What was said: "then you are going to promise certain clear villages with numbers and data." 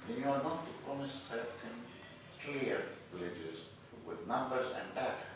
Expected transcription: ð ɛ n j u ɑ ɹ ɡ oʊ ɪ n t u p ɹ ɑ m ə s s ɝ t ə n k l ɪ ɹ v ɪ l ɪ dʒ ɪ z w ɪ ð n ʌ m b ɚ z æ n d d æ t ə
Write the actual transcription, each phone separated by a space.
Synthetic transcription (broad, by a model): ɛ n j u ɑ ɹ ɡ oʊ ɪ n t u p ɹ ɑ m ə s s ɝ t ə n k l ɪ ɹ v ɪ l ɪ dʒ ɪ z w ɪ ð n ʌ m b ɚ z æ n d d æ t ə